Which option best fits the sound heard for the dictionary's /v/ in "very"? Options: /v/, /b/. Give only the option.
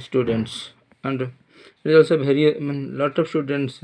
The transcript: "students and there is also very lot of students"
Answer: /b/